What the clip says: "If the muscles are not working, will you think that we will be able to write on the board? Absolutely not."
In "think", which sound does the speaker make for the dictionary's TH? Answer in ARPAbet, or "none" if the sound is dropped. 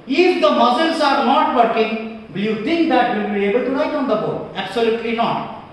T